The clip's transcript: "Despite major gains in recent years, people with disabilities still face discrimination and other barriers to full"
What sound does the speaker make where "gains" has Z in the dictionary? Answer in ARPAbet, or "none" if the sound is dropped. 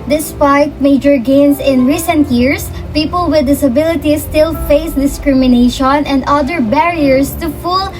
S